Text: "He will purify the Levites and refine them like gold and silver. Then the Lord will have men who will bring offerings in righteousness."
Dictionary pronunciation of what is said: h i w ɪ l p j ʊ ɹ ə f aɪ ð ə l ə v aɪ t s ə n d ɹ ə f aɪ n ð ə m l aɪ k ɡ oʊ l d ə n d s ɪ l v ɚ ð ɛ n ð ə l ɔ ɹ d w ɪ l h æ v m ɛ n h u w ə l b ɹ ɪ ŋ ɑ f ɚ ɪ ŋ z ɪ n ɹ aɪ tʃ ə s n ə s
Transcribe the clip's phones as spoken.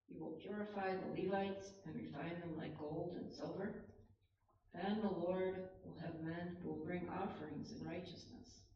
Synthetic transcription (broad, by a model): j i w ɪ l p j ʊ ɹ ə f aɪ ð ə l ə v aɪ t s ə n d ɹ ə f aɪ n ð ə m l aɪ k ɡ oʊ l d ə n s ɪ l v ɚ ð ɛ n ð ə l ɔ ɹ d w ɪ l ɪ v m ɛ n h u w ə l b ɹ ɪ ŋ ɑ f ɚ ɪ ŋ z ɪ n ɹ aɪ tʃ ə s n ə s